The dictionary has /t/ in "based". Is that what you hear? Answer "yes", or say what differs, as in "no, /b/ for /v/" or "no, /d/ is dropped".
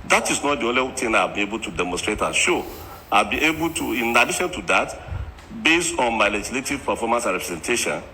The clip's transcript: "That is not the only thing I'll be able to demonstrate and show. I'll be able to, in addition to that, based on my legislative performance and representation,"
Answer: yes